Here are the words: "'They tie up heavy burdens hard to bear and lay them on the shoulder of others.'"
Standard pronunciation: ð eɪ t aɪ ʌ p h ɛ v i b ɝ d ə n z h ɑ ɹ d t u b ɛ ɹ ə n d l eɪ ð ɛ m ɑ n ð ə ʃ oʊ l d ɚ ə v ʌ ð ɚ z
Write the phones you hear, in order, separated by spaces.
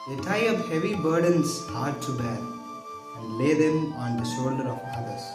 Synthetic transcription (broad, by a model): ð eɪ t aɪ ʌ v h ɛ v i b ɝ d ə n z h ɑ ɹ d t u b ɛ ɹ ə n d l eɪ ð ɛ m ɑ n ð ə ʃ oʊ l d ɚ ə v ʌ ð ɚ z